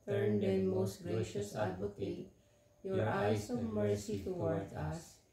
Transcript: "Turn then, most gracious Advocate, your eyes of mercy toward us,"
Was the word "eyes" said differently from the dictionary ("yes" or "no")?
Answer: yes